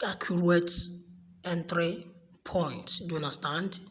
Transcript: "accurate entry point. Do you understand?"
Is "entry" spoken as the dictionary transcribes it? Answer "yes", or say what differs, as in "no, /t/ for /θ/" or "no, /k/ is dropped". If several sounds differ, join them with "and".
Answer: yes